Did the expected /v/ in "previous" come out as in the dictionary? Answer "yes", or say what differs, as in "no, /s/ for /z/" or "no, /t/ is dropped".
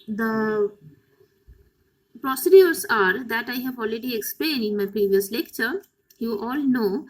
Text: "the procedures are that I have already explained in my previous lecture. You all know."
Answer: yes